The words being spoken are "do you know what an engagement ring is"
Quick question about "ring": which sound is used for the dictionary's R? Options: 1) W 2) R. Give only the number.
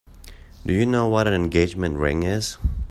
2